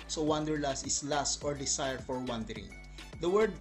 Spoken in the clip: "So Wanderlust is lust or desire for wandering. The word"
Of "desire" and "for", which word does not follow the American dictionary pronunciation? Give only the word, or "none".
desire